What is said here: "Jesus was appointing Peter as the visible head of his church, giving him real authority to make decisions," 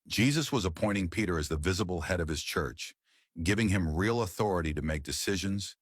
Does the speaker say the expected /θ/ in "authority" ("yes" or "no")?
yes